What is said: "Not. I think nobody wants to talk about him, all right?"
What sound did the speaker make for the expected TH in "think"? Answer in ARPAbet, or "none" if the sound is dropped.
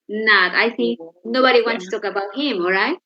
S